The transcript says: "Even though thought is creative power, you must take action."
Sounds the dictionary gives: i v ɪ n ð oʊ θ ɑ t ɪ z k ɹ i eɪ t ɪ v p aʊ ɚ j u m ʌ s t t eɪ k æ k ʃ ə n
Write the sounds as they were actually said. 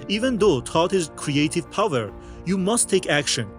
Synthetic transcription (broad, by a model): i v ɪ n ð oʊ t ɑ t ɪ z k ɹ i eɪ t ɪ v p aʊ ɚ j u m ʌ s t t eɪ k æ k ʃ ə n